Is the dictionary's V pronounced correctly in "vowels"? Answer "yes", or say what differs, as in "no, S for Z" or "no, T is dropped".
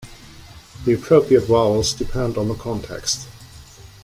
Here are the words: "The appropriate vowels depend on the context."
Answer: no, W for V